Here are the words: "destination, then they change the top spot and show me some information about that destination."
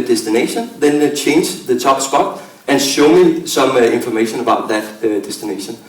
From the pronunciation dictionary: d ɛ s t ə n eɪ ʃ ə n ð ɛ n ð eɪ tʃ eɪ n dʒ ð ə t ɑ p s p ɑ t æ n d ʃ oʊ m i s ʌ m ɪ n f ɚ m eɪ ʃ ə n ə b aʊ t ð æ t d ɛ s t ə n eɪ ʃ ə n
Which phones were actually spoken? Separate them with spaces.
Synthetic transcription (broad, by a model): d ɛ s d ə n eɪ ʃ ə n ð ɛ n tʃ eɪ n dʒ ð ə s ɑ b s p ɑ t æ n ʃ oʊ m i s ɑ m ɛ n f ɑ m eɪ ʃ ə n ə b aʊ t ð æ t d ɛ s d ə n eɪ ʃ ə n